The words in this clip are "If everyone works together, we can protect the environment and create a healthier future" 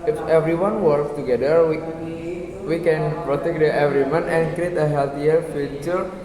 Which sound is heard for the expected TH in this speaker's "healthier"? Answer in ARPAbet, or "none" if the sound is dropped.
T